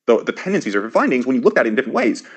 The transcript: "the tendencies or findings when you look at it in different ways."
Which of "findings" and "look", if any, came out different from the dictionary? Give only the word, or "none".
none